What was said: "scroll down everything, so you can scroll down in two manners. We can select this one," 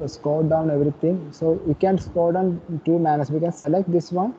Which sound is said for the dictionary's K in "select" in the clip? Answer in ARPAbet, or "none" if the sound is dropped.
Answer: K